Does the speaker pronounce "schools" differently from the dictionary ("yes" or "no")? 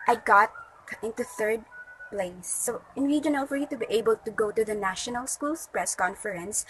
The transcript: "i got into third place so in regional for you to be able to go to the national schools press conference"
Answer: yes